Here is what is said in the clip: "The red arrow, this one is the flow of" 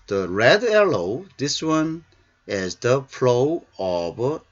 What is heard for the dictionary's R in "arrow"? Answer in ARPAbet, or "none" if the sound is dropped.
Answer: L